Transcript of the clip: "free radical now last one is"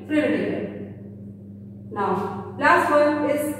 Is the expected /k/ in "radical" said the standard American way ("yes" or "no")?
no